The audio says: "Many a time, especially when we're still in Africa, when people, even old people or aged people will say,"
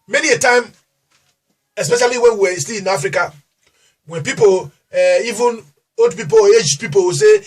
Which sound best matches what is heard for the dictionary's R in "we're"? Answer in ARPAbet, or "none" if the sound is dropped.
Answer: W